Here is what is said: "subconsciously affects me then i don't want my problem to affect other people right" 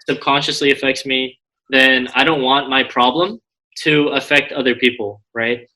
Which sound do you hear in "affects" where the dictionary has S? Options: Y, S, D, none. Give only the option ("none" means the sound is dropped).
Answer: S